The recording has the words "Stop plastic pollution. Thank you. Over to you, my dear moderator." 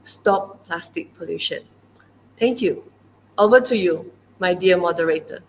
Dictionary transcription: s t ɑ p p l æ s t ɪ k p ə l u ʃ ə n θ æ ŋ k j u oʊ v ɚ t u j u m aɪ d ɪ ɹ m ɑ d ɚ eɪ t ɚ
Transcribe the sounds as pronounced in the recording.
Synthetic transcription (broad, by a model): s t ɑ p p l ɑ s t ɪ k p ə l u ʃ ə n t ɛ ŋ k j u oʊ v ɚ t u j u m aɪ d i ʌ m ɑ d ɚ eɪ t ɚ